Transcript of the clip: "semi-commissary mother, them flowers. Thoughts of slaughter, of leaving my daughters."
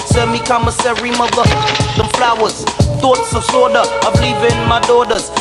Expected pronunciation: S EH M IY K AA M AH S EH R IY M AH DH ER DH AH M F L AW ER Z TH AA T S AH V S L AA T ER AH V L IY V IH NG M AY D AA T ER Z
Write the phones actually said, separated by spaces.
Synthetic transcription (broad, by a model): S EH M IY K AA M AH S EH R IY M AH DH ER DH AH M F L AW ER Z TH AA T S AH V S AA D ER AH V L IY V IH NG M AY D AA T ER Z